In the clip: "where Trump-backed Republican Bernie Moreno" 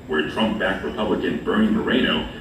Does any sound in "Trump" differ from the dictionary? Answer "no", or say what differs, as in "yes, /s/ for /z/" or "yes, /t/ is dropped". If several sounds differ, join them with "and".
no